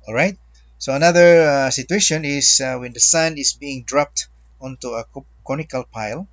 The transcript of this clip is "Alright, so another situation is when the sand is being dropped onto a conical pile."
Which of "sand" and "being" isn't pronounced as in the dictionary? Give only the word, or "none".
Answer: sand